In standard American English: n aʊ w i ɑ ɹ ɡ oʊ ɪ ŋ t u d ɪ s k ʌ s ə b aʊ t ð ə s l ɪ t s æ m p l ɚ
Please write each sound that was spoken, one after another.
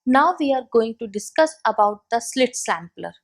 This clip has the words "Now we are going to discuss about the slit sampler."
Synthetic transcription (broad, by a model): n aʊ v i ɑ ɹ ɡ oʊ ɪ ŋ t u d ɪ s k ʌ s ə b aʊ t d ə s l ɪ t s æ m p l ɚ